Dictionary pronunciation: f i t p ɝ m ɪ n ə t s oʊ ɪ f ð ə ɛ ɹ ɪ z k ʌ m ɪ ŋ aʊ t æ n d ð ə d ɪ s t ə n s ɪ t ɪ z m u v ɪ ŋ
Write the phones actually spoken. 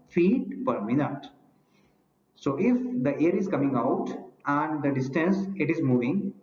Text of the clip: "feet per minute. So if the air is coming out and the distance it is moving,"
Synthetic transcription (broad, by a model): f i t p ɝ m ɪ n ə t s oʊ ɪ f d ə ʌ ɹ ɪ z k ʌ m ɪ ŋ aʊ t æ n d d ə d ɪ s t ə n s ɪ t ɪ z m u v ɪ ŋ